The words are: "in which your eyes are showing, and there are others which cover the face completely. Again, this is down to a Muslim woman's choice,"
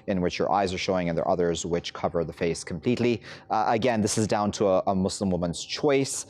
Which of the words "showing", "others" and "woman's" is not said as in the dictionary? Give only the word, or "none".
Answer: none